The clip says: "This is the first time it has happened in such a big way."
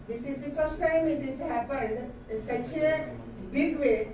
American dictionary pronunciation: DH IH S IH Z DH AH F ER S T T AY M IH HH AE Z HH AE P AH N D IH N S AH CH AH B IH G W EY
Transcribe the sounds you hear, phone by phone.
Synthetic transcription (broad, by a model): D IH S IH Z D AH F ER S T T AY M IH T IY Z HH AE P AH N D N S AH CH AH B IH G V EY